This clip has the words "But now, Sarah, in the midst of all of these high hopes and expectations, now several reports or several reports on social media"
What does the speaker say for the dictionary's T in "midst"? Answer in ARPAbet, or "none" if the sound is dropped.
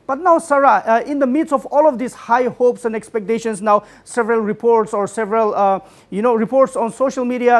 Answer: none